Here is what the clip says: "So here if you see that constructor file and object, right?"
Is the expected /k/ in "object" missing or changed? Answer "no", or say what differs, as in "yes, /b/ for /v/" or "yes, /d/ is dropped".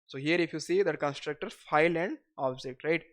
no